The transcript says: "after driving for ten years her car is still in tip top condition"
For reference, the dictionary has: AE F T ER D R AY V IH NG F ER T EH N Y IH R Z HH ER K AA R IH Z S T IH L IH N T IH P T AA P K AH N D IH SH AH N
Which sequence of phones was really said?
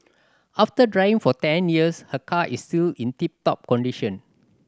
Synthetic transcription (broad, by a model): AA F T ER D R AY IH NG F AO T EH N Y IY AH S HH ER K AA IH S T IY L IH N T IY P T AA P K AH N D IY SH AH N